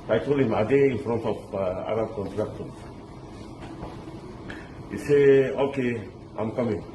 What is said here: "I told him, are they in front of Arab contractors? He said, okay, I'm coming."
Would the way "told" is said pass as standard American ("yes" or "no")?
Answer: no